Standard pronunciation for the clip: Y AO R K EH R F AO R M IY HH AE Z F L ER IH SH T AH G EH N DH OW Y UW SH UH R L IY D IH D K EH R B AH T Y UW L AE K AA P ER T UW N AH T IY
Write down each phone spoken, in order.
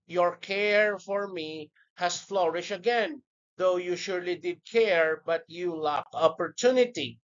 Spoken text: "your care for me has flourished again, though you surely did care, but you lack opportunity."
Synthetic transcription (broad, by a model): Y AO R K EH R F AO R M IY HH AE S F L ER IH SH AH G EH N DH OW Y UW SH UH R L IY D IH D K EH R B AH T Y UW L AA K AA P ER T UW N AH T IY